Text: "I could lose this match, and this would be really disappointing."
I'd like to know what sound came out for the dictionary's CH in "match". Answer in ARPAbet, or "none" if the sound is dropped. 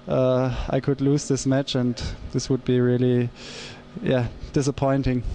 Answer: CH